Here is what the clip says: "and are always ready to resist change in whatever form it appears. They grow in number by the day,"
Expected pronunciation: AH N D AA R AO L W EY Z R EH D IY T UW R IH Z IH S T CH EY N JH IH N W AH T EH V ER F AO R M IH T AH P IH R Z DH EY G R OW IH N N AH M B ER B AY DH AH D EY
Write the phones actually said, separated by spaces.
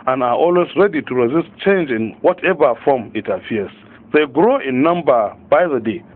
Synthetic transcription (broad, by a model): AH N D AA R AO L W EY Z R EH D IY T UW R IH Z IH S T CH EY N JH IH N W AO T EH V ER F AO M IH T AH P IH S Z DH EY G R OW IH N N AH M B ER B AY DH AH D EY